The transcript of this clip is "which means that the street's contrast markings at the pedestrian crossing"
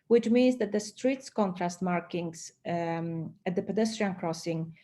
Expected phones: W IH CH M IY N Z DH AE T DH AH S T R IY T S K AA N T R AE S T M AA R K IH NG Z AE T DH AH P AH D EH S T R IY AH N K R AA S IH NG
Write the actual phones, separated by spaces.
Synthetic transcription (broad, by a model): W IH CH M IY N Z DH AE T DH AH S T R IY T S K AA N T R AE S T M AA R K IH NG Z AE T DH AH P AH D EH S T R IY AH N K R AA S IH NG